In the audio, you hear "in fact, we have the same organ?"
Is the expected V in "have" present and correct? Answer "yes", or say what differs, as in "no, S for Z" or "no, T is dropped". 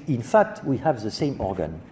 yes